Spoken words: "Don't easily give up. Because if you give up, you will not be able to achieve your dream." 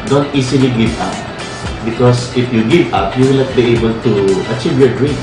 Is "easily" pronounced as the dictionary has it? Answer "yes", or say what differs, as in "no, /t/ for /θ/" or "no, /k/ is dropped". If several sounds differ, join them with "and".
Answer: no, /s/ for /z/